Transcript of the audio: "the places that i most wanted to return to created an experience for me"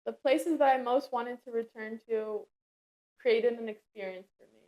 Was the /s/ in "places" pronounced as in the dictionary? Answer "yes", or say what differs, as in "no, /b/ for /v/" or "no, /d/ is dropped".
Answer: yes